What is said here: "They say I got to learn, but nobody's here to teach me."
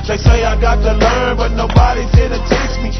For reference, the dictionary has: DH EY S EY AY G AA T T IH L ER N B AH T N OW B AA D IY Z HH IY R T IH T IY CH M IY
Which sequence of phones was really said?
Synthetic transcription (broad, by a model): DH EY S EY AY G AA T T IH L ER N B AH T N OW B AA D IY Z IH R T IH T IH S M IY